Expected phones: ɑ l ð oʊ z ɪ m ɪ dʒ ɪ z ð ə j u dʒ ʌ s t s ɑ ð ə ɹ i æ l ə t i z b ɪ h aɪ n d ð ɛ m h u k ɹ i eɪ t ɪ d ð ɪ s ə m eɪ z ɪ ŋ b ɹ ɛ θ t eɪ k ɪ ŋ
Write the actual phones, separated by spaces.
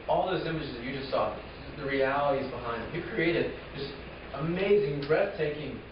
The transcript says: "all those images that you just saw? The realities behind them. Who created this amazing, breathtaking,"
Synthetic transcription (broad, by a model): ɑ l ð oʊ z ɪ m ɪ dʒ ɪ z ð ə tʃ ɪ dʒ ʌ s t s ɑ ð ə ɹ i æ l ə t i z b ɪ h aɪ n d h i k ɹ i eɪ t ɪ d ð ɪ s ə m eɪ z ɪ ŋ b ɹ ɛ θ t eɪ k ɪ ŋ